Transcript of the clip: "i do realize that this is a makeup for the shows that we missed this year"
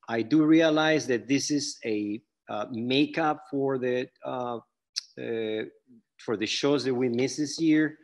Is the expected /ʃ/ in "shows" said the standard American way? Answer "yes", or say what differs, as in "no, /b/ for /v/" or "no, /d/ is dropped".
yes